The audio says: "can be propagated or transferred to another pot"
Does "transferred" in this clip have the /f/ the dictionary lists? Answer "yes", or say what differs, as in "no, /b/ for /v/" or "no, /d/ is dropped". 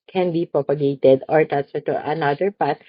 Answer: no, /f/ is dropped